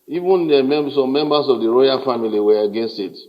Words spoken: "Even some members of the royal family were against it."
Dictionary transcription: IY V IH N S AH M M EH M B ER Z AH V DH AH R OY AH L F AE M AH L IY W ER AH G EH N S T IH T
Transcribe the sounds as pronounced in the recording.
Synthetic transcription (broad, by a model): IY V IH N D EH M M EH M B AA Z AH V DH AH R OY AH L F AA M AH L IY W ER AH G EH N S T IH T